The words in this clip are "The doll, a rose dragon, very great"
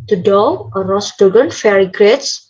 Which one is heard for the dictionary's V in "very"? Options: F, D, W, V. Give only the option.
F